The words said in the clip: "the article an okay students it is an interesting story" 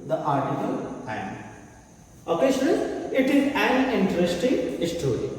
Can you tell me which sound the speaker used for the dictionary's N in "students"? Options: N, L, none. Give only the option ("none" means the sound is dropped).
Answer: none